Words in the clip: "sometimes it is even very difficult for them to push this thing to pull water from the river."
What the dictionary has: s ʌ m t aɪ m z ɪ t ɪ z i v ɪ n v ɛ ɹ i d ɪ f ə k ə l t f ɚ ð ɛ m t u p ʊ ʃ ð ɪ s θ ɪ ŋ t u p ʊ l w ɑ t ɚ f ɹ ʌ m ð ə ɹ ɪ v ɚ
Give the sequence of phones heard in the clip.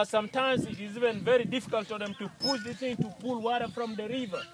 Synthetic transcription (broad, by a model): s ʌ m t aɪ m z ɪ t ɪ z i v ɪ n v ɛ ɹ i d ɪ f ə k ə l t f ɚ ð ɛ m t u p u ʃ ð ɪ θ ɪ ŋ t u p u l w ɑ t ɚ f ɹ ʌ m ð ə ɹ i v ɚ